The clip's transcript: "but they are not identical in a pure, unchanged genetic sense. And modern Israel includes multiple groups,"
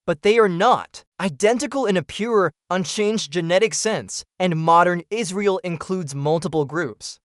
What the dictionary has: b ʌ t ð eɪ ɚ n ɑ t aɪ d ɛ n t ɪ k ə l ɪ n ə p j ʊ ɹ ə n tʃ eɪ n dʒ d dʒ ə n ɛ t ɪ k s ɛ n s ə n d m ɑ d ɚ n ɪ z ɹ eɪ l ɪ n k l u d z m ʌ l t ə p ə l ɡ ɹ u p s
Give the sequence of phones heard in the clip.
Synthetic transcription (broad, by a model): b ʌ t ð eɪ ɚ n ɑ t aɪ d ɛ n t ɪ k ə l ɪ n ə p j ʊ ɹ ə n tʃ eɪ n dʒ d dʒ ə n ɛ t ɪ k s ɛ n s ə n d m ɑ d ɚ n ɪ z ɹ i l ɪ n k l u d z m ʌ l t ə p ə l ɡ ɹ u p s